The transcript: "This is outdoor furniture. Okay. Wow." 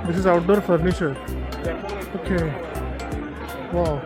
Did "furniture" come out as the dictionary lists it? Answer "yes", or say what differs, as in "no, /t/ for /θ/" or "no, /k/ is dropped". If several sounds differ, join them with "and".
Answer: no, /ʃ/ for /tʃ/